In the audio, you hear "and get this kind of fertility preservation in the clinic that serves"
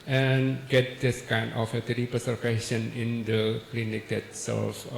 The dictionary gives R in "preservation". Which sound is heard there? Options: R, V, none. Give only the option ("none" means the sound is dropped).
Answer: none